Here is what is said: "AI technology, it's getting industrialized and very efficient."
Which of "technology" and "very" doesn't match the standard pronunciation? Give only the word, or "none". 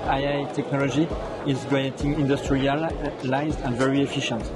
none